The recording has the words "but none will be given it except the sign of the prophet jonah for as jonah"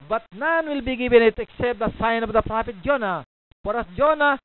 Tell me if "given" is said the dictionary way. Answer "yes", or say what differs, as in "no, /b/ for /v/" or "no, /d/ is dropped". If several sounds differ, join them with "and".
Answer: no, /b/ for /v/